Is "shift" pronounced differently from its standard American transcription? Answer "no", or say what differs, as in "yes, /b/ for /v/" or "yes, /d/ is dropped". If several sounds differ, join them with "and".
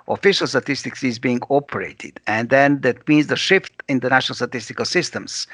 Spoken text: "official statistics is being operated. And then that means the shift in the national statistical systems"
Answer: no